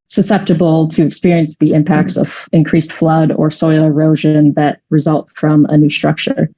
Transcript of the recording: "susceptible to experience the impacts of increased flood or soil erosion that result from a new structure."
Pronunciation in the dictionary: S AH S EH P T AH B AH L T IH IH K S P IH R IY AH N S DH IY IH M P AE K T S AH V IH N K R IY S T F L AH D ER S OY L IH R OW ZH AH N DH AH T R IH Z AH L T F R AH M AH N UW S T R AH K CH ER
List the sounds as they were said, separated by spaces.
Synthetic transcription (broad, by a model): S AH S EH P T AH B L T IH IH K S P IH R IY AH N S DH IY IH M P AE K T S AH V IH N K R IY S T F L AH D ER S OY L IH R OW ZH AH N DH AH T R IH Z AH L T F R AH M AH N UW S T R AH K CH ER